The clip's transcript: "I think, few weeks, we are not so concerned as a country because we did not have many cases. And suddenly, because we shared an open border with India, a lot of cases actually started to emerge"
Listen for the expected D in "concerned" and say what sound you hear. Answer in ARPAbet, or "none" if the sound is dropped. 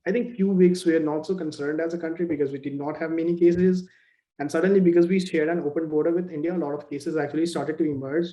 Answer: D